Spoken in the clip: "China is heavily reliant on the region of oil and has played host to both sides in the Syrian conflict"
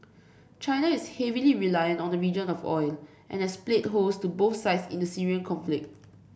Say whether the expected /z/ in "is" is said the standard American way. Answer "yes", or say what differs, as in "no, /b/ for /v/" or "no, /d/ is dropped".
no, /s/ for /z/